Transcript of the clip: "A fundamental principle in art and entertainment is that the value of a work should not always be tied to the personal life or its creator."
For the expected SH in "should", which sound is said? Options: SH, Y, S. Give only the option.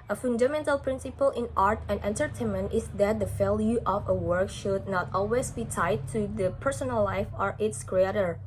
SH